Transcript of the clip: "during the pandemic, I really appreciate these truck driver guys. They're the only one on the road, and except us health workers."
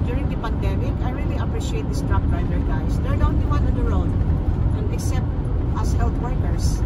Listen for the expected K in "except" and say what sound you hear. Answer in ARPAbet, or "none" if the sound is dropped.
K